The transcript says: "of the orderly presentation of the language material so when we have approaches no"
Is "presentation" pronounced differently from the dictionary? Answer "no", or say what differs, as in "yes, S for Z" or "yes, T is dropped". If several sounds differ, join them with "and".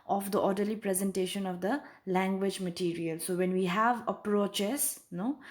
no